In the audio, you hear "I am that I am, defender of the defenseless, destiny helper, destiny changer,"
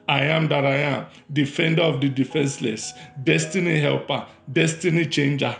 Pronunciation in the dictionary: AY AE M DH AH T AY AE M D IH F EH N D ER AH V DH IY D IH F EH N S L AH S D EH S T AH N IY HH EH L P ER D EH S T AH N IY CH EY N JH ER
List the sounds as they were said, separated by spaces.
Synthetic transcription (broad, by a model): AY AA M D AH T AY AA M D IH F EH N D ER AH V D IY D IH F EH N S L AH S D EH S T AH N IY HH EH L P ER D EH S T AH N IY CH EY N JH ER